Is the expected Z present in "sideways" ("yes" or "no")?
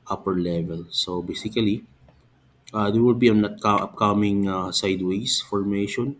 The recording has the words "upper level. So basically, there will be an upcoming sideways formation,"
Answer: no